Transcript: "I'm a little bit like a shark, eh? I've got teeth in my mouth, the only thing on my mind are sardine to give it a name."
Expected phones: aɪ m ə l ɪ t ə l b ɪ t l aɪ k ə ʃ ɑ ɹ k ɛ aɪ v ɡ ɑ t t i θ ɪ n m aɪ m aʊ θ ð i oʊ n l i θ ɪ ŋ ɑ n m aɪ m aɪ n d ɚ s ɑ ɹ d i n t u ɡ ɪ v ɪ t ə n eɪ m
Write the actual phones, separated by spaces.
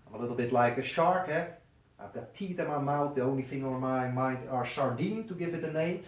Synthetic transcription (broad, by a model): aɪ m ə l ɪ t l b ɪ t l aɪ k ə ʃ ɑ ɹ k ɛ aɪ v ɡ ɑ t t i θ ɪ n m aɪ m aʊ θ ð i oʊ n l i f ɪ ŋ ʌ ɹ m aɪ m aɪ n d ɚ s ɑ ɹ d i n t u ɡ ɪ v ɪ t ə n eɪ m